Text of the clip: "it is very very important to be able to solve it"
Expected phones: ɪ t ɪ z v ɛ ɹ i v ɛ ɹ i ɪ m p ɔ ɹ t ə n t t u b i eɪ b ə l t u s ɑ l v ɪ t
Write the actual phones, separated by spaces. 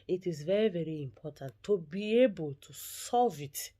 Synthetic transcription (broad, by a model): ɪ t ɪ z v ɛ ɹ i v ɛ ɹ i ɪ m p ɔ t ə n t t u b i eɪ b ə l t u s ɑ l v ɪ t